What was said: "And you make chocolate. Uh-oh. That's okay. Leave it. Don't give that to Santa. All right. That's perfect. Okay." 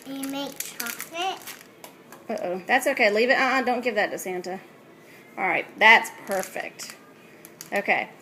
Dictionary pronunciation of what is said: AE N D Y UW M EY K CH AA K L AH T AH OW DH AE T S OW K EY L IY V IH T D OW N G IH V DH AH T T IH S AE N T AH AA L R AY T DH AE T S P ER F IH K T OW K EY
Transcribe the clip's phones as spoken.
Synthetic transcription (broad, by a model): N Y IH M EY K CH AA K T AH T OW DH AE T S OW K EY L IY V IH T D OW N G IH V DH AH T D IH S AE N T AH AA L R AY T DH AE T S P ER F IH K T OW K EY